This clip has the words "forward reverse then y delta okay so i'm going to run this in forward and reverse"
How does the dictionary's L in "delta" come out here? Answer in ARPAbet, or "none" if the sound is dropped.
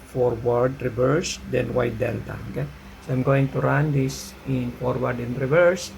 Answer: N